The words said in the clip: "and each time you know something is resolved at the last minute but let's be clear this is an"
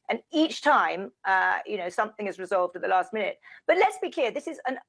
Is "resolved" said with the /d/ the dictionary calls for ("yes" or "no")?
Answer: yes